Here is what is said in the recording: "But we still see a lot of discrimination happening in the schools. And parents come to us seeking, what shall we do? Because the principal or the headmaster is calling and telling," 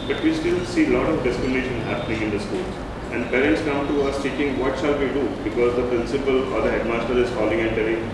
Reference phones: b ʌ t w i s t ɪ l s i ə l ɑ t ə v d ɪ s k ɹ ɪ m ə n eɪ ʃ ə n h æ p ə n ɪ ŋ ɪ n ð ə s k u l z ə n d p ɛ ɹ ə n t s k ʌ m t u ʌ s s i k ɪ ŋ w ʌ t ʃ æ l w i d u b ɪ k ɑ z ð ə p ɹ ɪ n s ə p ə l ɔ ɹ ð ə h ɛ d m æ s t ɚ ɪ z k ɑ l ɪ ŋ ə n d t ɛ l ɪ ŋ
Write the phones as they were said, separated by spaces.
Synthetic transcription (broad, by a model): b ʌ t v i s t ɪ l s i l ɑ t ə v d ɪ s k ɹ ɪ m ə n eɪ ʃ ə n h æ p ə n ɪ ŋ ɪ n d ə s k u l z ə n d p ɛ ɹ ə n t s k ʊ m t u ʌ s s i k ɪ ŋ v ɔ t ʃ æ l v i d u b ɪ k ɑ z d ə p ɹ ɪ n s ə p ə l ɔ ɹ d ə h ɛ d m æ s t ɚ ɪ z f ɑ l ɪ ŋ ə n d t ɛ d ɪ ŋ